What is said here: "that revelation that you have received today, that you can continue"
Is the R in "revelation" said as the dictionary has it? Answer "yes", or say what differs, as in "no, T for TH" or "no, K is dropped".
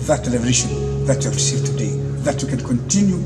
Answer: no, L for R